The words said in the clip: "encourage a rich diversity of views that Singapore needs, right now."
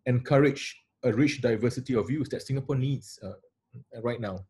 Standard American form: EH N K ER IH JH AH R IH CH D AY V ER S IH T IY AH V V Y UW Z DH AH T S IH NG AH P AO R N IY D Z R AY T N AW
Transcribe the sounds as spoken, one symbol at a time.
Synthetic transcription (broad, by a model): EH N K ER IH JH AH R IH CH D AY V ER S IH T IY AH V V Y UW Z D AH T S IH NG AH P AO N IY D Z R AY T N AW